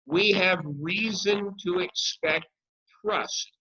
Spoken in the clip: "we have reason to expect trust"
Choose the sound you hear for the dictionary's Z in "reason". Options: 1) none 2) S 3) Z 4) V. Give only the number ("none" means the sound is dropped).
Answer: 3